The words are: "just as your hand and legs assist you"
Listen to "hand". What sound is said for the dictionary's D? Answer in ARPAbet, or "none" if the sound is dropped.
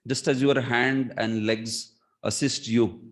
D